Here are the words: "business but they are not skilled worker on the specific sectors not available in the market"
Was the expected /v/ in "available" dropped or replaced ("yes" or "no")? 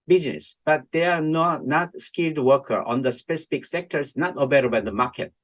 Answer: yes